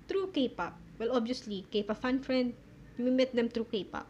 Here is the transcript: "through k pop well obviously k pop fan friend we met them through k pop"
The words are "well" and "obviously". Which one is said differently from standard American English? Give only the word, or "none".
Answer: obviously